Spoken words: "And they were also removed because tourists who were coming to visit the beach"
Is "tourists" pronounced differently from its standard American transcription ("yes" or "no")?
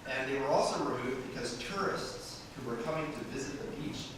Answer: no